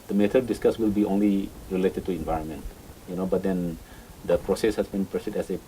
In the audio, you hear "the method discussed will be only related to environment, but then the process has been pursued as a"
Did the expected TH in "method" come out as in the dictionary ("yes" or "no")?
no